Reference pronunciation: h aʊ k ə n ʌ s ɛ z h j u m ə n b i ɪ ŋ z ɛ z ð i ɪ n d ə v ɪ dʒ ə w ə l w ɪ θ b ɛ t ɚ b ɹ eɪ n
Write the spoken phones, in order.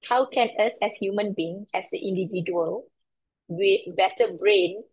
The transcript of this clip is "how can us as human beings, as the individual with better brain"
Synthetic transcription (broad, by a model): h aʊ k ə n ʌ s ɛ s h j u m ə n b i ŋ ɛ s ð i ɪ n d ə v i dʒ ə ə l w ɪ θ b ɛ t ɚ b ɹ eɪ n